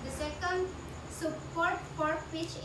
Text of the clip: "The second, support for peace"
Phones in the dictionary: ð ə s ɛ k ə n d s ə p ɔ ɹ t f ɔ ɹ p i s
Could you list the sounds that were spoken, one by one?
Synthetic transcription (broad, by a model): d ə s ɛ k ə n d s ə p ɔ ɹ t p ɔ ɹ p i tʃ